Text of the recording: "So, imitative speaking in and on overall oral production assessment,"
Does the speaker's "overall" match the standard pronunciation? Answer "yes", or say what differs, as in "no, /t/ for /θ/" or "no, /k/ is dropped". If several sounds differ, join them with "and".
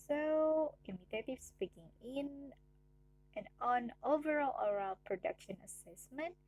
yes